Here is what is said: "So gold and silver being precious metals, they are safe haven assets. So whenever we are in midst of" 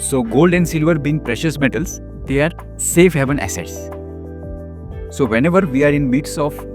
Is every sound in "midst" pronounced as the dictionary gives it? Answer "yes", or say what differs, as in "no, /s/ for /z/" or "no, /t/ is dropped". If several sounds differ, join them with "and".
no, /t/ is dropped